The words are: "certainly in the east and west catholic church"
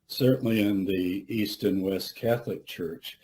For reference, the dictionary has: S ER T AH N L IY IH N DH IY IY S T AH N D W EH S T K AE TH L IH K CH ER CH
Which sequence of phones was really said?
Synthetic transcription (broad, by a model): S ER T N L IY IH N DH IY IY S T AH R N W EH S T K AE TH L IH K CH ER CH